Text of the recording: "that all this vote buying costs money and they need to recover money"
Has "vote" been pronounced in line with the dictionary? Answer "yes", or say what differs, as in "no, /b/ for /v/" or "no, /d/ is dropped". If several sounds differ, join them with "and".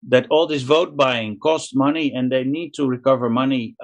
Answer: yes